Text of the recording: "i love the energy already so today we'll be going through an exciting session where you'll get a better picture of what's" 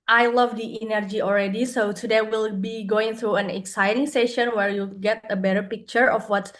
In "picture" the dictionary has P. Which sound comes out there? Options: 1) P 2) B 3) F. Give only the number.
1